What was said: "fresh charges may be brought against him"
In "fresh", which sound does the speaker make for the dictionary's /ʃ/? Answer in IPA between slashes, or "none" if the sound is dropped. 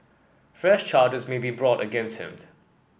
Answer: /ʃ/